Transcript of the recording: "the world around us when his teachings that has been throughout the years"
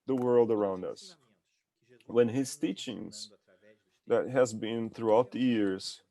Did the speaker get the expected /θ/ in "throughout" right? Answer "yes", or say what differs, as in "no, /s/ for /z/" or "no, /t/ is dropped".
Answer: yes